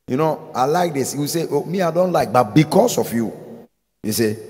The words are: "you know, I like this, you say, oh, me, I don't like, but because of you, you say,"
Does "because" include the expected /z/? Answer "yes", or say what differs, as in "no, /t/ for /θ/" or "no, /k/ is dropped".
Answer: no, /s/ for /z/